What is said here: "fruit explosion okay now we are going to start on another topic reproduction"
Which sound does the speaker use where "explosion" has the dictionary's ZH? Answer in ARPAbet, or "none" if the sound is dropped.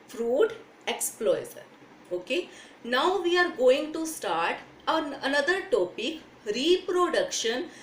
Z